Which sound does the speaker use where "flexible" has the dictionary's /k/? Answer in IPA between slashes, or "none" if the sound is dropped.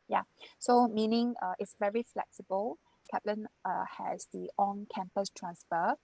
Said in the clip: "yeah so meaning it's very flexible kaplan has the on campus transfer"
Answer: /k/